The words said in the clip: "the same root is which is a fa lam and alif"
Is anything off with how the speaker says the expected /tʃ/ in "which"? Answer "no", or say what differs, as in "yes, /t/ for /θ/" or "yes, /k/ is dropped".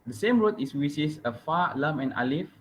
yes, /s/ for /tʃ/